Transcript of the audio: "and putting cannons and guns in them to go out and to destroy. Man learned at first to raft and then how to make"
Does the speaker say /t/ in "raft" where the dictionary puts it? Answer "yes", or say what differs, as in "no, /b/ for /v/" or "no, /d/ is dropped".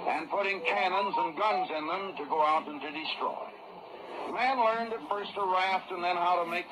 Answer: yes